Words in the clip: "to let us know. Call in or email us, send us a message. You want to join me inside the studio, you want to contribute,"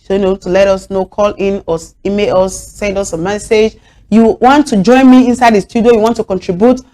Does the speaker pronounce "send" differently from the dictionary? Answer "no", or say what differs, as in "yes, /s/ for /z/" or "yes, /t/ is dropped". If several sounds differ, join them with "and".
no